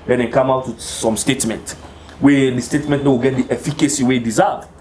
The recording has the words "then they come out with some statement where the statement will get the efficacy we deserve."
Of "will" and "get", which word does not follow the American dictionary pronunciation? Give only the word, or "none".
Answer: will